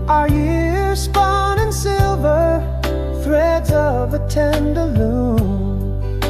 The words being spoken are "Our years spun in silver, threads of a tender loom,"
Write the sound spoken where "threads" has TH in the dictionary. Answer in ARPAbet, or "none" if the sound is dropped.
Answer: TH